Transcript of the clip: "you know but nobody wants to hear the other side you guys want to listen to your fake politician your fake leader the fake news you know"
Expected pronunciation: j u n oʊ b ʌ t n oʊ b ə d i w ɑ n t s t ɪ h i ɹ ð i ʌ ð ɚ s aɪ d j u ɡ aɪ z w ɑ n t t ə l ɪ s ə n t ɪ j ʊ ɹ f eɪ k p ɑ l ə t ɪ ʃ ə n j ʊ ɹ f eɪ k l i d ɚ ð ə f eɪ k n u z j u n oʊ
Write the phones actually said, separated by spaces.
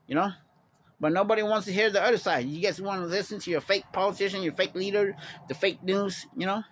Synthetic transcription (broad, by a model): j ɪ n oʊ b ʌ t n oʊ b ə d i w ɑ n t s t ɪ h i ɹ ð i ʌ ð ɚ s aɪ d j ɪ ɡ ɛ s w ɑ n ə l ɪ s ə n t ɪ j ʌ ɹ f eɪ k p ɑ l ə t ɪ ʃ ə n j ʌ ɹ f eɪ k l i d ɚ ð ə f eɪ k n u z j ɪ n oʊ